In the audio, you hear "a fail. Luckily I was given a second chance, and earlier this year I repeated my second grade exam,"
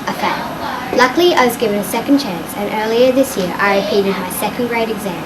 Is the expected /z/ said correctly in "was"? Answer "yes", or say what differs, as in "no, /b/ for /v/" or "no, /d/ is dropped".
yes